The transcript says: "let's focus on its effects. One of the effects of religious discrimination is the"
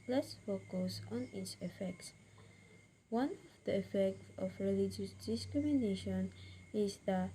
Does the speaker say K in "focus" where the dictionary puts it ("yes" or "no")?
yes